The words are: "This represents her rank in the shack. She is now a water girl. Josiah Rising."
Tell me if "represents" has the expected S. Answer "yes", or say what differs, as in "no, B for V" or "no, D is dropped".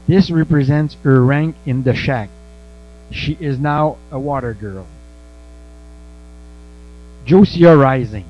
yes